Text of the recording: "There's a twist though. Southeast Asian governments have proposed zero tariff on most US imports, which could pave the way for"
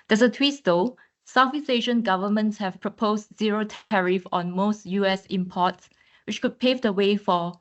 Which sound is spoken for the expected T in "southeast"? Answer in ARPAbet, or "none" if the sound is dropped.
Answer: none